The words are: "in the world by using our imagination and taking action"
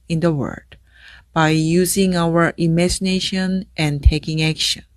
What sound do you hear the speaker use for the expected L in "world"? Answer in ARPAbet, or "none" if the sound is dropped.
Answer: none